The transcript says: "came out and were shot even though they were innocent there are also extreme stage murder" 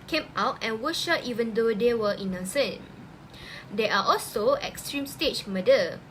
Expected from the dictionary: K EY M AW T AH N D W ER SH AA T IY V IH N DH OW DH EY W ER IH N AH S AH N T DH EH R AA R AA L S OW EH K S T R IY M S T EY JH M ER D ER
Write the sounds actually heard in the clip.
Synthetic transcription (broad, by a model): K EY M AW T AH N W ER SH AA T IY V IH N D OW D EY W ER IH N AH S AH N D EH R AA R AA L S OW EH K S T R IY M S T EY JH M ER D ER